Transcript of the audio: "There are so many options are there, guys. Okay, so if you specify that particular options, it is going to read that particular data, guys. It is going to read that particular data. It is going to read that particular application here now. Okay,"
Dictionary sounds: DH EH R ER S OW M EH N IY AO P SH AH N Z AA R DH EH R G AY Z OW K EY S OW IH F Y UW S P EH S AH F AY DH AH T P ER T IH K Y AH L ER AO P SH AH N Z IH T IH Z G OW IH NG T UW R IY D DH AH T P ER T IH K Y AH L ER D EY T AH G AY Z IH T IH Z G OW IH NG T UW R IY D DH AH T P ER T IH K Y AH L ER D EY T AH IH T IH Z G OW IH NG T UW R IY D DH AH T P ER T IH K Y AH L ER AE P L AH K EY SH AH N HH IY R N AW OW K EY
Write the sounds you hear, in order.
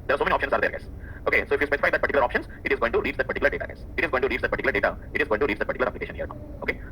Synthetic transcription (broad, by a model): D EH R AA S OW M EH IY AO P SH AH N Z AA R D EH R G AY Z OW K EY S OW IH F Y UW S P EH S AH F AY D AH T P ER T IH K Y L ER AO P SH AH N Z IH T IH Z G OW IH NG T UW R IY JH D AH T P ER T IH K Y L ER D EY T AH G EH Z IH T IH Z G OW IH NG T UW R IY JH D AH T P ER T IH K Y L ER D EY T AH IH T IH Z G OW IH NG T UW R IY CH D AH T P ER T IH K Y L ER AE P L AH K EY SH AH N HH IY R N AW OW K EY